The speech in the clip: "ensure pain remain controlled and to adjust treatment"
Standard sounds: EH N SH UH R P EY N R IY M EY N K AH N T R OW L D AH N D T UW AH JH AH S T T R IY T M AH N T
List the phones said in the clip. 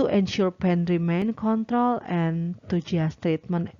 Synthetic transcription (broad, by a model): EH N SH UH R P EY N R IY M EY N K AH N T R OW L AH N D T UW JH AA S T T R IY T M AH N